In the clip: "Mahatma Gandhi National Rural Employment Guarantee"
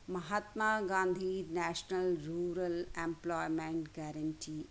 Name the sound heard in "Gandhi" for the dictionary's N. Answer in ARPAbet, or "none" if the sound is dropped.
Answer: N